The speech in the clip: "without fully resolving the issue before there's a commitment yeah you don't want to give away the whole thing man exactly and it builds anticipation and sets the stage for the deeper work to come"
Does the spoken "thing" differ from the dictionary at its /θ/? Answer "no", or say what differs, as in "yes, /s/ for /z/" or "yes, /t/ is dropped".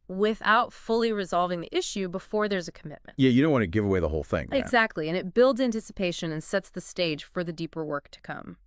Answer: no